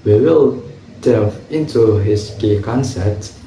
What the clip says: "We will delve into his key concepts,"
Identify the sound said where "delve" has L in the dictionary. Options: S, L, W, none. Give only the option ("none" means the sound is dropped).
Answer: none